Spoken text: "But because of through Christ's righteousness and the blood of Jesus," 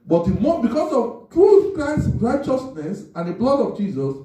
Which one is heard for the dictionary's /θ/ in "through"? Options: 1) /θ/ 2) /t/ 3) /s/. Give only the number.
2